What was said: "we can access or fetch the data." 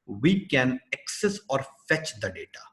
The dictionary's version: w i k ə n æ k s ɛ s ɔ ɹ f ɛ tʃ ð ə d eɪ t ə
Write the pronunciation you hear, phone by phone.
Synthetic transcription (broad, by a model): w i k ə n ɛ k s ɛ s ɔ ɹ f ɛ tʃ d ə d eɪ t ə